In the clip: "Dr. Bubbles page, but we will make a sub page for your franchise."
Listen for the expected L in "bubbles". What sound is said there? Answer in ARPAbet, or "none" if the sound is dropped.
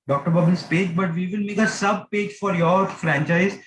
N